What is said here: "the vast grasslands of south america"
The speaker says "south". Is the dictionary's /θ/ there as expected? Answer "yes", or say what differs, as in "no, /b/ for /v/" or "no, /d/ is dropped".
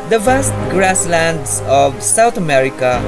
no, /t/ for /θ/